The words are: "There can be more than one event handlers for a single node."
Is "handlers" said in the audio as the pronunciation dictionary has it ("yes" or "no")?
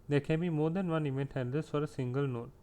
no